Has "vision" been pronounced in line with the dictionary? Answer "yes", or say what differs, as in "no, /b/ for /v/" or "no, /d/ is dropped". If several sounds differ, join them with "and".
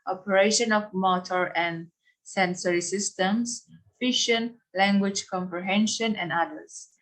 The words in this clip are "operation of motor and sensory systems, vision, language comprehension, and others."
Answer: no, /ʃ/ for /ʒ/